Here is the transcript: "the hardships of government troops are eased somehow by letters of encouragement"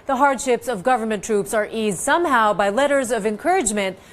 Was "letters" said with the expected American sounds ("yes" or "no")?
yes